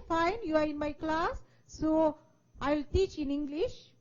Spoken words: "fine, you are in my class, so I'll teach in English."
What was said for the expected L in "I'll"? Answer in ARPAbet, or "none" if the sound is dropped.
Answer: L